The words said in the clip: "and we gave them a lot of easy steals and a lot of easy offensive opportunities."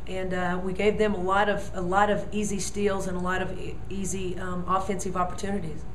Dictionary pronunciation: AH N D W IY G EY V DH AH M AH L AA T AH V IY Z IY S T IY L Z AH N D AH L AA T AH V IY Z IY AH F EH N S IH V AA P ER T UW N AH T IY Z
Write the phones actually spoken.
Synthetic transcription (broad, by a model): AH N W IY G EY V DH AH M AH L AA T AH V IY Z IY S T IY L Z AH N AH L AA T AH V IY Z IY AH F EH N S IH V AA P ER T UW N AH T IY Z